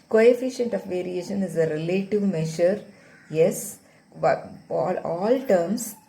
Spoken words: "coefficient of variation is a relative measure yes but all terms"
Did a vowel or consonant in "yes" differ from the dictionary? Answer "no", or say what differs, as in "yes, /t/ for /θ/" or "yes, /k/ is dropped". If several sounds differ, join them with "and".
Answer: no